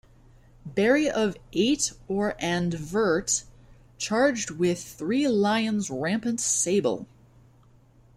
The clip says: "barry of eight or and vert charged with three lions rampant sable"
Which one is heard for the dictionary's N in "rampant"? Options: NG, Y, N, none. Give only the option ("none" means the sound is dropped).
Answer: N